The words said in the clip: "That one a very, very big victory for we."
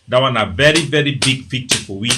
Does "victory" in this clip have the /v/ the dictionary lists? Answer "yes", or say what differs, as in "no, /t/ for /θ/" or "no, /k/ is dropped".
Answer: no, /p/ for /v/